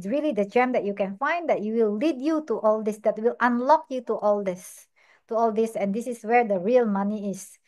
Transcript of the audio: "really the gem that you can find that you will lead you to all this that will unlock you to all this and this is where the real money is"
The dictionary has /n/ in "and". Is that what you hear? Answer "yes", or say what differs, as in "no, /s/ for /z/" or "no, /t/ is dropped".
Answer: no, /l/ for /n/